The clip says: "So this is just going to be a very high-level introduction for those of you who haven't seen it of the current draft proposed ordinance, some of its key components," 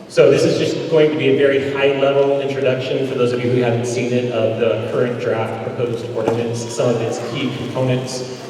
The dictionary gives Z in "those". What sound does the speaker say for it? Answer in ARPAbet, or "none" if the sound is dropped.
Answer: Z